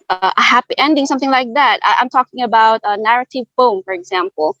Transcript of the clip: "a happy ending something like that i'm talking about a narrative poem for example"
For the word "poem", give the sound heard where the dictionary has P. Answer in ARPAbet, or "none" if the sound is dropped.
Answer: F